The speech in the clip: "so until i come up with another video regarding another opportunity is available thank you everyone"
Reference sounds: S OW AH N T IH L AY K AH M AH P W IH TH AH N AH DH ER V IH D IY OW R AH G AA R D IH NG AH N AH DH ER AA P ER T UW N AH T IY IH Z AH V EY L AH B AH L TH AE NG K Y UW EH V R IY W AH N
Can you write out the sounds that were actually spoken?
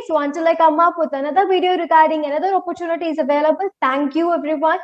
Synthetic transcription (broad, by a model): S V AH N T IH L AY K AH M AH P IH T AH N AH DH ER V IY D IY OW R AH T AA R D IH NG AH N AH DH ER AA P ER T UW N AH T IY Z AH V EY L AH B AH L T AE NG K Y UW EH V R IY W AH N